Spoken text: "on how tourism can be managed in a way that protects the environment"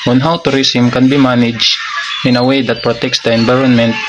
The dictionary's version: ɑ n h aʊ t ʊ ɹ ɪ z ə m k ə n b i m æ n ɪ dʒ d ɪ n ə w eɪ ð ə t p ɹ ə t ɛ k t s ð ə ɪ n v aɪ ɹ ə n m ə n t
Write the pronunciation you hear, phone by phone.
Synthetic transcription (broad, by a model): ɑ n h aʊ t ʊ ɹ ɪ s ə m k ə n b i m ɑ n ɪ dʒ ɪ n ə w eɪ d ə t p ɹ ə t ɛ k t s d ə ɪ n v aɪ ɹ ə n m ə n t